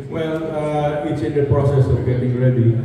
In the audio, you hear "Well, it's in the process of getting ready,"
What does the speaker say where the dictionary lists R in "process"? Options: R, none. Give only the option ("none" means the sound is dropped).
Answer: R